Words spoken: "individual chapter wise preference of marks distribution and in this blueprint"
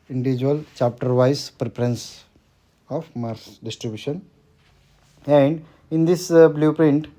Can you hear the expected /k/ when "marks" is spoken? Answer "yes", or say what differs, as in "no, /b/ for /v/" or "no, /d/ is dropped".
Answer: no, /k/ is dropped